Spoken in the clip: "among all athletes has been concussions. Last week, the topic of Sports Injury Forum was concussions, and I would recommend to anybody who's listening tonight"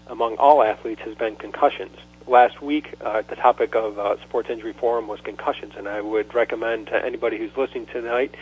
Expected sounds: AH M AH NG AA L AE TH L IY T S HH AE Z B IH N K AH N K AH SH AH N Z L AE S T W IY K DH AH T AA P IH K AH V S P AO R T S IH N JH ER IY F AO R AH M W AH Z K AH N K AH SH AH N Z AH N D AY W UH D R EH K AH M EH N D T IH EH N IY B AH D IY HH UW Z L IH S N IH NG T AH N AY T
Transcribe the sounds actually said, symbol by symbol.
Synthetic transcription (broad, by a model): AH M AH NG AA L AE TH L IY T S HH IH Z B IH N K AH N K AH SH AH N Z L AE S T W IY K DH AH T AA P IH K AH V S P AO R T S IH N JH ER IY F AO R AH M W AH Z K AH N K AH SH AH N Z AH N AY W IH D R EH K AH M EH N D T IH EH N IY B AH D IY HH UW Z L IH S N IH NG T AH N AY T